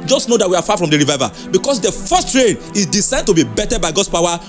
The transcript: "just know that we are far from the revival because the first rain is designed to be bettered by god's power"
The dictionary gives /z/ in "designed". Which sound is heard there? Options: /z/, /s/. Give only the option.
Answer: /s/